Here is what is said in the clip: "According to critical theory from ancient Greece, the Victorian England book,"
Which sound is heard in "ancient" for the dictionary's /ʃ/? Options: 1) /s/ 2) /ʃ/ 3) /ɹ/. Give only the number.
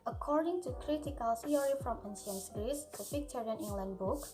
1